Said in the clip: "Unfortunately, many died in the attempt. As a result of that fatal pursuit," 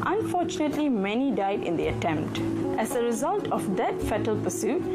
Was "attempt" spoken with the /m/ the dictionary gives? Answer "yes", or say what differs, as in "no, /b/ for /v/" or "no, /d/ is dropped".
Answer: yes